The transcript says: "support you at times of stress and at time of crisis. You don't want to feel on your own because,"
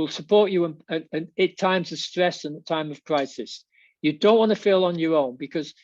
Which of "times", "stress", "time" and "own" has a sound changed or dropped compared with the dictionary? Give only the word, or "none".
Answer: none